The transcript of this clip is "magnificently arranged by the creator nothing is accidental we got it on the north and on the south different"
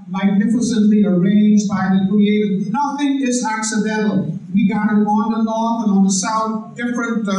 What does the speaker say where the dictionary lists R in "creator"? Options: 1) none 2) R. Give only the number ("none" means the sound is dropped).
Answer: 1